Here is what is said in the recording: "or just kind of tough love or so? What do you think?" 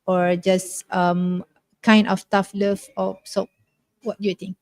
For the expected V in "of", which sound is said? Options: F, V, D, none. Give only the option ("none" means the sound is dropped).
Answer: F